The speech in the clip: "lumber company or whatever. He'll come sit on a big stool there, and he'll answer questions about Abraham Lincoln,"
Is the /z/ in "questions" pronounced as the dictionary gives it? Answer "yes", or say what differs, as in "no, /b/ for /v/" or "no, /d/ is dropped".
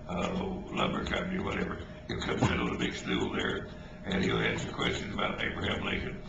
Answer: yes